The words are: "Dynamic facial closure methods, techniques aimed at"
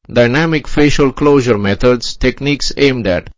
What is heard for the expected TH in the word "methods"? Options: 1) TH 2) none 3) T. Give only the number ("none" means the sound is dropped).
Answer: 3